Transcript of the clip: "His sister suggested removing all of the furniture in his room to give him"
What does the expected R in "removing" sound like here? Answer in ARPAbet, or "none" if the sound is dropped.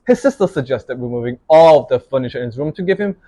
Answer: W